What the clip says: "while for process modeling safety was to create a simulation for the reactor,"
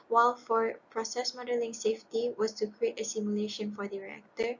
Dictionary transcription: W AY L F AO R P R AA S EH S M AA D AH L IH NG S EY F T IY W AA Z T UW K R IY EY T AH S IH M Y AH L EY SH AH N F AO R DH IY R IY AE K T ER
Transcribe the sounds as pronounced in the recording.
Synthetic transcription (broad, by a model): W AY L F AO R P R AA S EH S M AA D AH L IH NG S EY F T IY W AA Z T UW K R IY EY T AH S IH M Y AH L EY SH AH N F AO R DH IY R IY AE K T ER